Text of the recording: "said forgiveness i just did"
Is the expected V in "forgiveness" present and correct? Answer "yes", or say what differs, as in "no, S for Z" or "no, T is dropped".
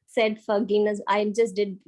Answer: no, V is dropped